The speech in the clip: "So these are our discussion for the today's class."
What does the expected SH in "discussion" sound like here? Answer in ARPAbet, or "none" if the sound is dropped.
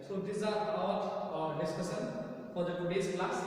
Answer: S